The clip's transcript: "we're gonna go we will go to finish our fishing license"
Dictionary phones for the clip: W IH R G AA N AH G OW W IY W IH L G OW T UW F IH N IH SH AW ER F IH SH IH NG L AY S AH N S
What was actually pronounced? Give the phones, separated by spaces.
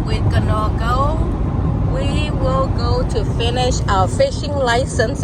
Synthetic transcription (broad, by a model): W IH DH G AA N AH G OW W IY W IH L G OW T UW F IH N IH SH AW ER F IH SH IH NG L AY S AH N S